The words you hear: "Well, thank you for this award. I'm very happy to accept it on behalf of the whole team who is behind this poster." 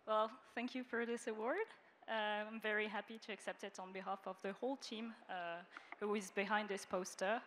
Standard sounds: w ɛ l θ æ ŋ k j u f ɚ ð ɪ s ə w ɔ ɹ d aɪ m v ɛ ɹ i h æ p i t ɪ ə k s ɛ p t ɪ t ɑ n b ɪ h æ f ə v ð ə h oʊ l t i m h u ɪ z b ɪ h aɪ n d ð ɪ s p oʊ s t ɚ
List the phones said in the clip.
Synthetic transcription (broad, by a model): w ɛ l θ æ ŋ k j u f ɚ ð ɪ s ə w ɔ ɹ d aɪ m v ɛ ɹ i h æ p i t ɪ ə k s ɛ p t ɪ t n b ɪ h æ f ə v ð ə h oʊ l t i m h u ɪ z b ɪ h aɪ n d ð ɪ s p oʊ s t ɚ